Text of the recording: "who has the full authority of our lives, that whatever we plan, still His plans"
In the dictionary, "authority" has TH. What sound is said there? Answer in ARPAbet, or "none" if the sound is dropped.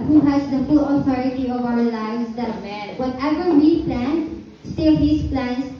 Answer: T